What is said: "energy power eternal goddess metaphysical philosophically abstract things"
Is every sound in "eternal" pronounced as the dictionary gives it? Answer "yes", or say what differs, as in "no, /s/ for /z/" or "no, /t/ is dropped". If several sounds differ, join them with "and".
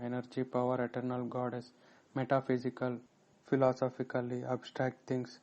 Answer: yes